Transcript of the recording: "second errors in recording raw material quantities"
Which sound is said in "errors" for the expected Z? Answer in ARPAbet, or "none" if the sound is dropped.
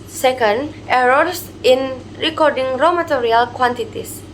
S